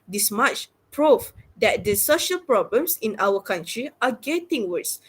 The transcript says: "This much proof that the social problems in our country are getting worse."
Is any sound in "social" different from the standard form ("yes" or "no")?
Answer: no